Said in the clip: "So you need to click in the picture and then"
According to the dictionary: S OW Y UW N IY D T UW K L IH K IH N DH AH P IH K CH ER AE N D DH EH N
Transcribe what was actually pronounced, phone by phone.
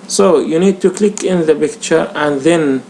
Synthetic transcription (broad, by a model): S OW Y UW N IY D T UW K L IH K IH N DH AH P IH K CH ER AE N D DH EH N